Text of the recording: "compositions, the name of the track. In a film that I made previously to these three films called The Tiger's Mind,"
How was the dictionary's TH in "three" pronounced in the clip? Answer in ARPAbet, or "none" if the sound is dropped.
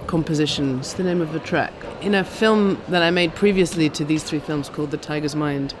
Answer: TH